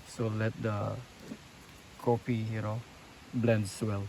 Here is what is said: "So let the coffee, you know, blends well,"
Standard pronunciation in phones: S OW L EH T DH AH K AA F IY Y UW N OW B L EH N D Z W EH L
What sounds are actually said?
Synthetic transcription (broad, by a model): S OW L EH T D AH K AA P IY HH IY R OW B L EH N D S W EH L